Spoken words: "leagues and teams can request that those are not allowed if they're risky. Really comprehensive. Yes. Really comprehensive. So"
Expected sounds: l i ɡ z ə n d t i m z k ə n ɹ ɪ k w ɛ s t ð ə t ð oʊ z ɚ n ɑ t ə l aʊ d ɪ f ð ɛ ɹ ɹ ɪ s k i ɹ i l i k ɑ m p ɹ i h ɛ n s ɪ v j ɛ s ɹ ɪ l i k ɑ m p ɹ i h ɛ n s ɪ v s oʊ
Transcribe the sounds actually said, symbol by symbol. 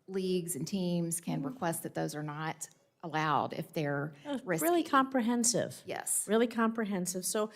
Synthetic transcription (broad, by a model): l i ɡ z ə n t i m z k ə n ɹ ɪ k w ɛ s t ð ə t ð oʊ z ɚ n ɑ t ə l aʊ d ɪ f ð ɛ ɹ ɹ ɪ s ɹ l i k ɑ m p ɹ i h ɛ n s ɪ v j ɛ s ɹ ɪ l i k ɑ m p ɹ i h ɛ n s ɪ v s oʊ